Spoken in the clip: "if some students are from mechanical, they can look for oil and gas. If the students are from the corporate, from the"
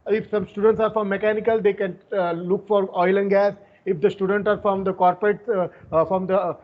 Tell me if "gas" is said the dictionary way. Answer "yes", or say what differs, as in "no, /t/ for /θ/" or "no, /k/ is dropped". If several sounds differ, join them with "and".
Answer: yes